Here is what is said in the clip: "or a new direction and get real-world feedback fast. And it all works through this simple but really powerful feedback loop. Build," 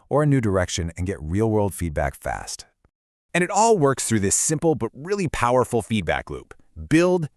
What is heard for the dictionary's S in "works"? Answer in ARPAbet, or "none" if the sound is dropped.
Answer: S